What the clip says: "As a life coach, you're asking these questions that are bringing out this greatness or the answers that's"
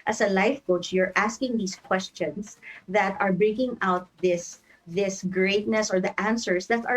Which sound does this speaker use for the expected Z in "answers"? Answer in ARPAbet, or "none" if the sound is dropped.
S